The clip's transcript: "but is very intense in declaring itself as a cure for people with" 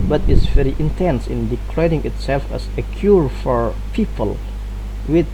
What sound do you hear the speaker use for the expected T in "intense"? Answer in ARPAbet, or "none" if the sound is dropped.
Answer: T